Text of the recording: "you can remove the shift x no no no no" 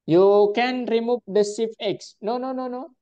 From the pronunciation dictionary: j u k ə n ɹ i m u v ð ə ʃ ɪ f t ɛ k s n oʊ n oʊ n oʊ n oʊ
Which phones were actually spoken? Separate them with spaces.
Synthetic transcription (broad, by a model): j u k ə n ɹ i m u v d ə s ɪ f ɛ k s n oʊ n oʊ n oʊ n oʊ